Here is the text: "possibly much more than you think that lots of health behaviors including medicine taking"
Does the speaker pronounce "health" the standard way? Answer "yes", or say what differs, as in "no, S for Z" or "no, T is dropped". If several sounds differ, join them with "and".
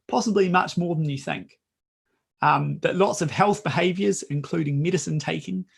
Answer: yes